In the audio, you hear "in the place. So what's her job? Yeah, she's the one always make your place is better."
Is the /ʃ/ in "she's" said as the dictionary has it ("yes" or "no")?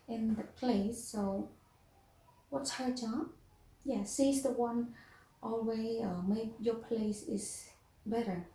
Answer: no